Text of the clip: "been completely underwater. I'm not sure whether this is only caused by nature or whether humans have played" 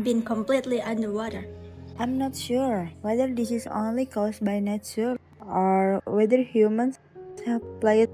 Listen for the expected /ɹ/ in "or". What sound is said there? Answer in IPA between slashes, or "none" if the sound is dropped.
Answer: /ɹ/